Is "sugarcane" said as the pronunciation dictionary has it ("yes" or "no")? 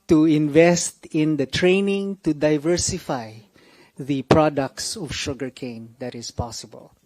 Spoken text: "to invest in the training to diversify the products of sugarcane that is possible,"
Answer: yes